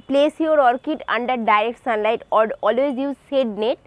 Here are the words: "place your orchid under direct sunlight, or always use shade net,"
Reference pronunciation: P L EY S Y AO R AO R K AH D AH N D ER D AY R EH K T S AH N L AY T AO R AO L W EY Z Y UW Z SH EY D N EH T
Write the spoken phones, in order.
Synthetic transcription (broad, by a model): P L EY S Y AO R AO R K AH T AH N D ER D AY R EH K T S AH N L AY T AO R AO L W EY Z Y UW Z S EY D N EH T